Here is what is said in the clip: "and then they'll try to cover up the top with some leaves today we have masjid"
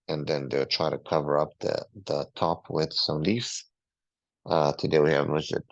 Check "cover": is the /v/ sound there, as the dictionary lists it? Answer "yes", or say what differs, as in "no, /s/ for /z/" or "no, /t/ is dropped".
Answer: yes